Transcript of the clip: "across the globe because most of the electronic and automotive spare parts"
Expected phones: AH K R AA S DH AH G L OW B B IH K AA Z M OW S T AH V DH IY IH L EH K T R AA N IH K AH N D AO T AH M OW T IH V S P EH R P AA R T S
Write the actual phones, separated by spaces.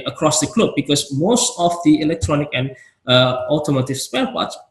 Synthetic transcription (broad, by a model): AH K R AA S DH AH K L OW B B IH K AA S M OW S T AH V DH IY IH L EH K T R AA N IH K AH N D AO T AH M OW T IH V S P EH L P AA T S